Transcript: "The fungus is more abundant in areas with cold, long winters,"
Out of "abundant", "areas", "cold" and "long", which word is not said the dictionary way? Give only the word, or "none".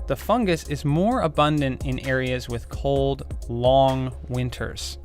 none